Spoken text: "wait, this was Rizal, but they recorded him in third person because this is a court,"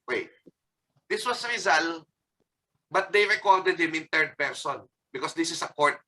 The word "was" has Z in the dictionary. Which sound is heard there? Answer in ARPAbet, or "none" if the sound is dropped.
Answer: S